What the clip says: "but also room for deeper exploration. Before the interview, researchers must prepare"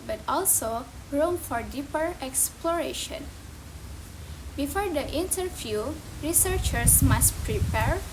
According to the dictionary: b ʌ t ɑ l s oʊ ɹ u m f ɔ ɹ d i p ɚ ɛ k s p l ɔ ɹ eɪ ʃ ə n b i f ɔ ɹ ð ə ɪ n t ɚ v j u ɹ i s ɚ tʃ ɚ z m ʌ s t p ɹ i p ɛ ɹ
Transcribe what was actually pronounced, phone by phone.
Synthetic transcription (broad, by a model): b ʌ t ɑ l s oʊ ɹ u m f ɔ ɹ d i p ɚ ɛ k s p l ɔ ɹ eɪ ʃ ə n b i f ɔ ɹ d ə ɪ n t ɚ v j u ɹ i s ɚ tʃ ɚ s m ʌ s t p ɹ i p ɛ ɹ